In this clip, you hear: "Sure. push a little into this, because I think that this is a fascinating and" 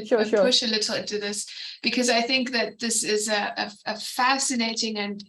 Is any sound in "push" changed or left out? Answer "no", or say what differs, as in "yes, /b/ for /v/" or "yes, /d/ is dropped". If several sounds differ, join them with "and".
no